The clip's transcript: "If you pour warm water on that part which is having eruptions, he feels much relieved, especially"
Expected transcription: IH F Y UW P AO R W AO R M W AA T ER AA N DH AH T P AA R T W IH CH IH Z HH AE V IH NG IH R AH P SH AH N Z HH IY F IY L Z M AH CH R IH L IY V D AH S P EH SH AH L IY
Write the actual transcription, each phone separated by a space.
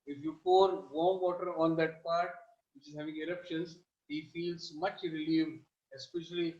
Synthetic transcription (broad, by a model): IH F Y UW P AO R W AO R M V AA T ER AA N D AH T P AA R T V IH CH IH Z HH AE V IH NG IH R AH P SH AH N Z HH IY F IY L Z M AH CH R IH L IY V D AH S P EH SH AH L IY